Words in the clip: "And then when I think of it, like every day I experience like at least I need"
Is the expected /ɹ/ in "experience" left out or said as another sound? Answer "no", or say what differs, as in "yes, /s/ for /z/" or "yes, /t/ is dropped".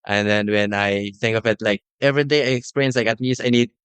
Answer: yes, /ɹ/ is dropped